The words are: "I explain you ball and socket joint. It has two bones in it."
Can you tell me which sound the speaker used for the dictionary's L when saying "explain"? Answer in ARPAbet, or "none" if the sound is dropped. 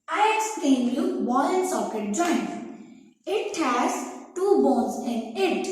none